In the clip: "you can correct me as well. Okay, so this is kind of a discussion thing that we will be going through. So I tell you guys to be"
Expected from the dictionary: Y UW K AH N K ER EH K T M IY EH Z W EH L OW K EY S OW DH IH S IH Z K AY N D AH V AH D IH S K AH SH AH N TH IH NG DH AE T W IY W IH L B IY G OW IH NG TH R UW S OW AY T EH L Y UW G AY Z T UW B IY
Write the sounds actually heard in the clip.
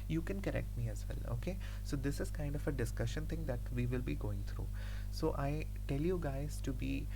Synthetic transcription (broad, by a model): Y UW K AH N K ER EH K T M IY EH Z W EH L OW K EY S OW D IH S IH Z K AY N D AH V AH D IH S K AH SH AH N T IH NG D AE T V IY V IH L B IY G OW IH NG T R UW S OW AY T EH L Y UW G AY Z T UW B IY